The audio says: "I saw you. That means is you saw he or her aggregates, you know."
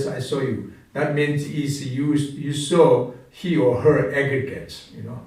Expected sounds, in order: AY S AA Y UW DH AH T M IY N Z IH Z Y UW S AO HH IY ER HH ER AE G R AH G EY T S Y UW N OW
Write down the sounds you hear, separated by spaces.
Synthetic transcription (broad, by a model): AY S AA Y UW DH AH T M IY N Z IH S Y UW S AO HH IY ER HH ER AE G R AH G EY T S Y UW N OW